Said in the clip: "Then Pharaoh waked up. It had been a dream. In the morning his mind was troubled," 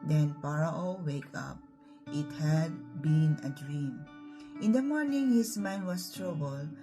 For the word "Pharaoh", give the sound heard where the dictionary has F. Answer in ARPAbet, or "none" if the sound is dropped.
P